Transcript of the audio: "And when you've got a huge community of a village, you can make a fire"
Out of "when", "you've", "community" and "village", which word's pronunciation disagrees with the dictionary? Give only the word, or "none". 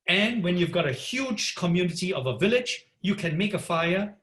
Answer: none